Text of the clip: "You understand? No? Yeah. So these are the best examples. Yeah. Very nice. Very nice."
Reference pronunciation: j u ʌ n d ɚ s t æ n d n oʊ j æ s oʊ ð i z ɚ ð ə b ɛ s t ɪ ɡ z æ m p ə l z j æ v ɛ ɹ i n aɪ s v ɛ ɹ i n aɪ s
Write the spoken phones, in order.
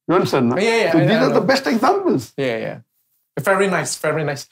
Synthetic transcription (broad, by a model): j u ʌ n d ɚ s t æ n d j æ j æ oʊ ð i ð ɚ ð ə b ɛ s t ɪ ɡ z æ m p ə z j j æ v ɛ ɹ i n aɪ s v ɛ ɹ i n aɪ s